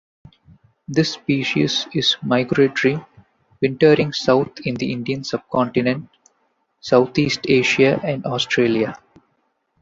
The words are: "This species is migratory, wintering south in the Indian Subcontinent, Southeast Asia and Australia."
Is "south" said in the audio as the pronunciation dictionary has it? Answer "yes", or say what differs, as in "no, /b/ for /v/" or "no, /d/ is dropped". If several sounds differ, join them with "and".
no, /t/ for /θ/